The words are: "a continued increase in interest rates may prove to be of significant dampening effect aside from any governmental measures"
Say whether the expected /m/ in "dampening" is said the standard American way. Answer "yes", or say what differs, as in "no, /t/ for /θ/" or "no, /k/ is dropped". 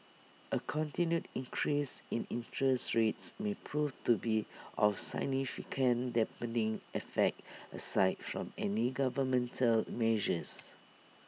no, /m/ is dropped